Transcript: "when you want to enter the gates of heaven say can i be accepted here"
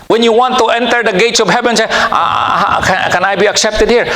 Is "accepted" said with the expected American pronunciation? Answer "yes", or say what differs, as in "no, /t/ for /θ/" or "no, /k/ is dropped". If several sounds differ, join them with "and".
yes